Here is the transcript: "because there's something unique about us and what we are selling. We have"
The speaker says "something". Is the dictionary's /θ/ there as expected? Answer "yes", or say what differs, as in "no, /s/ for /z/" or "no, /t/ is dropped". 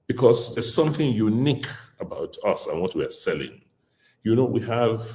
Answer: yes